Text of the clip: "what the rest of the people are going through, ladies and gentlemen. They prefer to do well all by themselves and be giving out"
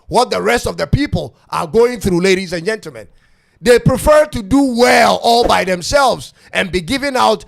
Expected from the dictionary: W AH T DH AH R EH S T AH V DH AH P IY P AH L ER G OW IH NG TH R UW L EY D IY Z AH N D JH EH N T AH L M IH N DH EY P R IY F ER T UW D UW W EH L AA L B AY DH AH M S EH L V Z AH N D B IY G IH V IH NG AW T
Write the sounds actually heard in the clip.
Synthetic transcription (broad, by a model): W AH T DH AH R EH S T AH V DH AH P IY P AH L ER G OW IH NG TH R UW L EY D IY Z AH N JH EH N T L M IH N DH EY P R IY F ER T UW D UW W EH L AA L B AY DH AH M S EH L V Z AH N B IY G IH V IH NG AW T